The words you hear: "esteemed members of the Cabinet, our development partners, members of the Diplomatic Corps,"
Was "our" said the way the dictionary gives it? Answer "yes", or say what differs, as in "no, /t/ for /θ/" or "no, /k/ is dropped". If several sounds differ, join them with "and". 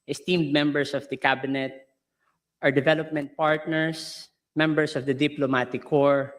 yes